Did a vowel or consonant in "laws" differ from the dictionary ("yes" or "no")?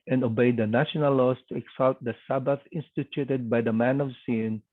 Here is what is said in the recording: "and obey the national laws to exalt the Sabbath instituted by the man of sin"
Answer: yes